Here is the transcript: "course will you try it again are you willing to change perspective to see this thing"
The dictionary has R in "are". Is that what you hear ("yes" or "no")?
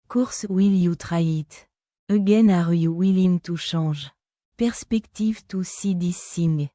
yes